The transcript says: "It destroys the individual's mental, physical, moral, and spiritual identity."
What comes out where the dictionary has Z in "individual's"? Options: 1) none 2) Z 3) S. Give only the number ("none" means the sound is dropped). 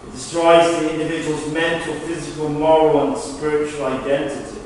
2